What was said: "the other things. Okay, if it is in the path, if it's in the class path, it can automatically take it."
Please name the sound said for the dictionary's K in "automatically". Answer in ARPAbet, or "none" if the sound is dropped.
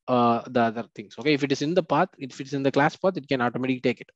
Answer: none